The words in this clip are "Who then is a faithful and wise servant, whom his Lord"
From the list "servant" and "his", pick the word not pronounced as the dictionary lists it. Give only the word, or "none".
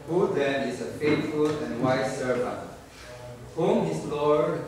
his